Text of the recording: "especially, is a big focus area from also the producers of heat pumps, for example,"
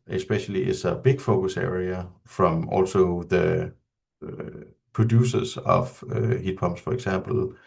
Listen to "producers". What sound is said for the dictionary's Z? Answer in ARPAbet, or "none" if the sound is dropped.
S